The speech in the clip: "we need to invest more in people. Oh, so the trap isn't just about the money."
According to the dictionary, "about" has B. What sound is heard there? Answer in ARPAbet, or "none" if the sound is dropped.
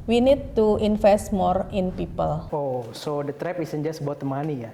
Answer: none